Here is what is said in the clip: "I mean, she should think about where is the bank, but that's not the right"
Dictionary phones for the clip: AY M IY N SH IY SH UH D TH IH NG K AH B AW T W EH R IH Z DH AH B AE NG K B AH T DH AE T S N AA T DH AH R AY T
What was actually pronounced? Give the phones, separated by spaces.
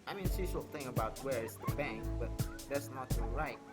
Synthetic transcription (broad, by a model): AY M IY N S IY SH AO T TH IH NG AH B AW T W EH R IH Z DH AH B AE NG K B AH T DH AE T S N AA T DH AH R AY T